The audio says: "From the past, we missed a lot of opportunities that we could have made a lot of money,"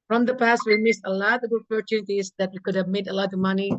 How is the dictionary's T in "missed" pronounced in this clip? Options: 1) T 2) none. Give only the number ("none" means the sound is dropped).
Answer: 2